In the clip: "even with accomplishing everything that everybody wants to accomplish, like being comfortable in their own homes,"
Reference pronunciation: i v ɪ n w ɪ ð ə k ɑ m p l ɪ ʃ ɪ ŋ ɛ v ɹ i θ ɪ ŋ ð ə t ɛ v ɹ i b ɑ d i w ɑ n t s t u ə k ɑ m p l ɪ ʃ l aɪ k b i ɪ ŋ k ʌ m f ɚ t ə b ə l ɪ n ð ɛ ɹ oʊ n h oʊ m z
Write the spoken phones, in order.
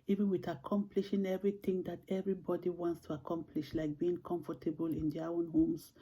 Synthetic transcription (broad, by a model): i v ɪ n w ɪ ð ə k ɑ m p l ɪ ʃ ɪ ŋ ɛ v ɹ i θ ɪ ŋ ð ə t ɛ v ɹ i b ɑ d i w ɑ n t s t u ə k ɑ m p l ɪ ʃ l aɪ k b i ɪ ŋ k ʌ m f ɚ t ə b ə l ɪ n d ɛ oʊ n h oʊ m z